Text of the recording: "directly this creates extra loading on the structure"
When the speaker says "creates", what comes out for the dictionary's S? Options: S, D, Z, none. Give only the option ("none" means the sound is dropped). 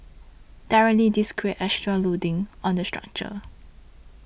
none